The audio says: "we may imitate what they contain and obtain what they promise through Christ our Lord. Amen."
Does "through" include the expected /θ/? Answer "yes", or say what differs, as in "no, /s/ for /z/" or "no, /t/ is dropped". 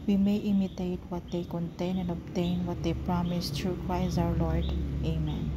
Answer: no, /t/ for /θ/